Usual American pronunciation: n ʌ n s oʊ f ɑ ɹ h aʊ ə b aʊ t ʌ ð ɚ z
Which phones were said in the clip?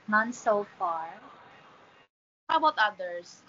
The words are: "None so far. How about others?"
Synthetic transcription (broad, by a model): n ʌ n s oʊ f ɑ ɹ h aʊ ə b aʊ t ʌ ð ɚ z